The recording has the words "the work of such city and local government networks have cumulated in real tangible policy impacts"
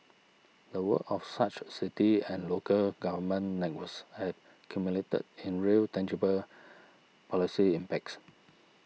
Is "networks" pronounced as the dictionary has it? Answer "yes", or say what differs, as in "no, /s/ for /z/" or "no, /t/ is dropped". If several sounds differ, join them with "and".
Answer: no, /k/ is dropped